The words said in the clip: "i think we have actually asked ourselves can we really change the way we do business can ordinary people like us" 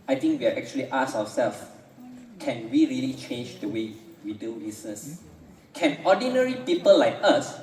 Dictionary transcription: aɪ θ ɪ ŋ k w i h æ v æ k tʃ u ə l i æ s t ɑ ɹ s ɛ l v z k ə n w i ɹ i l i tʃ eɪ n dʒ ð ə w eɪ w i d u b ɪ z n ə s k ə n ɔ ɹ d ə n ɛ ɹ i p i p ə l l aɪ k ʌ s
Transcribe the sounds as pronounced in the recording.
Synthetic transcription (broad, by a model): aɪ t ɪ ŋ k w i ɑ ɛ k tʃ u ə l i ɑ s ɑ w s ɛ l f k ə n w i ɹ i l i tʃ eɪ n dʒ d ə w eɪ w i d u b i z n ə s k ə n ɔ d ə n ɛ ɹ i p i p ə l l aɪ k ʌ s